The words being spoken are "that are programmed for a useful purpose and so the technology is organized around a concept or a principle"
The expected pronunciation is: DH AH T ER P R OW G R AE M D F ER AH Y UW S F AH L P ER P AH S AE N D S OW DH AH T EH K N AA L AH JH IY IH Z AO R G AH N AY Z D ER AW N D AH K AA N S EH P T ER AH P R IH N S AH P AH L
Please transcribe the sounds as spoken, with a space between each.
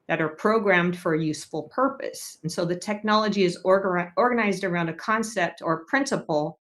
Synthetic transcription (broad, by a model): DH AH T ER P R OW G R AE M D F ER AH Y UW S F L P ER P AH S N S OW DH AH T EH K N AA L AH JH IY IH Z AO R G AH N AY Z D ER AW N D AH K AA N S EH P T ER AH P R IH N S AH P L